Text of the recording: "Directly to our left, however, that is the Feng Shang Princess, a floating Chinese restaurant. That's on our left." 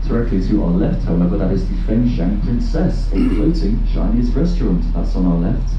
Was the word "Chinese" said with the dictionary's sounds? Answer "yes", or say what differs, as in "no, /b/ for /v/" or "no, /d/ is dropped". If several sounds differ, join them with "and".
no, /ʃ/ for /tʃ/